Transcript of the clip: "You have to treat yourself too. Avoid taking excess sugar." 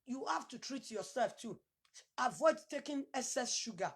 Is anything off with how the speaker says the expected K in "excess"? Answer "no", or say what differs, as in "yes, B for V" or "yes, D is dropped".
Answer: yes, K is dropped